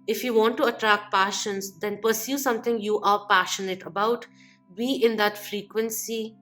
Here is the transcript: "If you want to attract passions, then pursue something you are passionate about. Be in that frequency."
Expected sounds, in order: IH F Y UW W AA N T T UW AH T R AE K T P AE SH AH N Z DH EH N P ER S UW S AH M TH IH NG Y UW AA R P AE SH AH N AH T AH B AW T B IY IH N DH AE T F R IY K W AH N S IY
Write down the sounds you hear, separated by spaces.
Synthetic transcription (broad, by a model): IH F Y UW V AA N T T UW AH T R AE K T P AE SH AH N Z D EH N P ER S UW S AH M T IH NG Y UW AA R P AE SH AH N AH T AH B AW T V IY IH N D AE T F R IY K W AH N S IY